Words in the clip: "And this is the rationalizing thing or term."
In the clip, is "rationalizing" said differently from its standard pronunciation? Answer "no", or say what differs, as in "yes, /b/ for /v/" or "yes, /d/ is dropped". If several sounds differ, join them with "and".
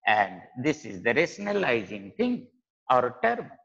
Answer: yes, /s/ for /ʃ/